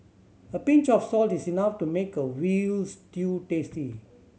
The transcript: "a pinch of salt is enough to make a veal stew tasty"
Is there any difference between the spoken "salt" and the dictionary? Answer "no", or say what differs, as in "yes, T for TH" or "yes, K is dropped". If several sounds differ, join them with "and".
no